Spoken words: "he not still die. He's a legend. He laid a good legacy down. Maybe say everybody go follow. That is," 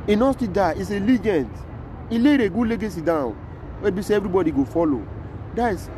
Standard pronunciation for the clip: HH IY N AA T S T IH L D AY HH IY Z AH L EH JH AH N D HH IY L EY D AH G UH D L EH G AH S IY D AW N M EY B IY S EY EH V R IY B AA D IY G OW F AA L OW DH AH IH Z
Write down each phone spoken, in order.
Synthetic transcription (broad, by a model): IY N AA S T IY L D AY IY S AH L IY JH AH N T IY L EY D AH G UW L EH G AH S IY D AW N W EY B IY S EY EH V R IY B AA D IY G OW F AA L OW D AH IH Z